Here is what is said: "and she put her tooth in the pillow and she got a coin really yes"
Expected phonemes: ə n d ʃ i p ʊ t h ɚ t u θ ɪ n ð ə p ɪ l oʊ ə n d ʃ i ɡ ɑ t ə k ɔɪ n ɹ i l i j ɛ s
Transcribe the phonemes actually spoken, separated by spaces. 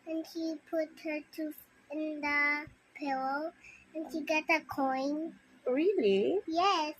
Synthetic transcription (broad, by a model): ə n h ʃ i p ʊ t h ɚ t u f ɪ n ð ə p ɪ l oʊ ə n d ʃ i ɡ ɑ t ə k ɔɪ n ɹ i l i j ɛ s